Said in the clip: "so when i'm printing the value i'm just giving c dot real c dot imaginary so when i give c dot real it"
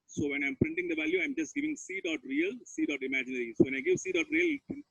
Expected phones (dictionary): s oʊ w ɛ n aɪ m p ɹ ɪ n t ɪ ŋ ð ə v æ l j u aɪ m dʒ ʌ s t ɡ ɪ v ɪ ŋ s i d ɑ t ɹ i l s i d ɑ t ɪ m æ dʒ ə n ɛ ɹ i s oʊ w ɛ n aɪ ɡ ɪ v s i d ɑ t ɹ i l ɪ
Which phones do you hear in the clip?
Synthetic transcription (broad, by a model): s oʊ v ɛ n aɪ m p ɹ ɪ n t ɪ ŋ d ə v æ l j u aɪ m dʒ ʌ s t ɡ ɪ v ɪ ŋ s i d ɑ t ɹ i l s i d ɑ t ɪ m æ dʒ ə n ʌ ɹ i s oʊ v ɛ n aɪ ɡ ɪ v s i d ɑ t ɹ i l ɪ